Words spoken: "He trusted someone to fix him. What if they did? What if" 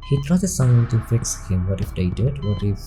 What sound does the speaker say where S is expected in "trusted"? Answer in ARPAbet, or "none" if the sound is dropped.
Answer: none